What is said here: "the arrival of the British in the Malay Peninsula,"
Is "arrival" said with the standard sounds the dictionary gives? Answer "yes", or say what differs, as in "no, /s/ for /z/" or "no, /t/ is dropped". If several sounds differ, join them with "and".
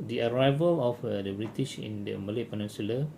yes